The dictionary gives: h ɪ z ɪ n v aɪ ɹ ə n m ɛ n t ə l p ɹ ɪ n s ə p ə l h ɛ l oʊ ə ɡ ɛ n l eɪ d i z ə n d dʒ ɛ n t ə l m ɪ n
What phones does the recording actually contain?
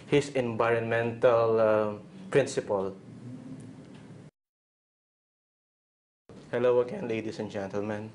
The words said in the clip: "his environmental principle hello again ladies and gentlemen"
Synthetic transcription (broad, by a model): h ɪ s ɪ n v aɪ ɹ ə n m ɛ n t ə l p ɹ ɪ n s ə p ə l h ɛ l oʊ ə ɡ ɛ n l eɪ d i s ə n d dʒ ɛ n t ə l m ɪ n